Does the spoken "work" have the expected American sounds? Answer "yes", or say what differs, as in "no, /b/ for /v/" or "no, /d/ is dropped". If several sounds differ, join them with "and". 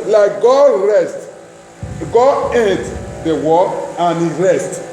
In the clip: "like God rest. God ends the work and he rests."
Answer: no, /k/ is dropped